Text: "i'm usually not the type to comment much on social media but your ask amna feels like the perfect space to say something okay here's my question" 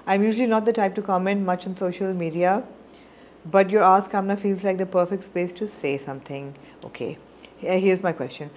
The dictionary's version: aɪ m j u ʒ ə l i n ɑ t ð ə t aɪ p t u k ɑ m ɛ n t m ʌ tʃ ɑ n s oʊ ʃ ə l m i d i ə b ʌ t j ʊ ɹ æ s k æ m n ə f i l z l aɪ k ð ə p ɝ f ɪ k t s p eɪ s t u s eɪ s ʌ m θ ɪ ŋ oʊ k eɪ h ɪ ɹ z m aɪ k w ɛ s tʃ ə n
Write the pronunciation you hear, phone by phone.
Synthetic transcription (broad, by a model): aɪ m j u ʒ ə l i n ɑ t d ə t aɪ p t u k ɑ m ɛ n t m ʌ tʃ ɑ n s oʊ ʃ ə l m i d i ə b ʌ t j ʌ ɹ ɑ s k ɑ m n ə f i l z l aɪ k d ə p ɝ f ɪ k t s p eɪ s t u s eɪ s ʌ m t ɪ ŋ oʊ k eɪ h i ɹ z m aɪ k w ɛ s tʃ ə n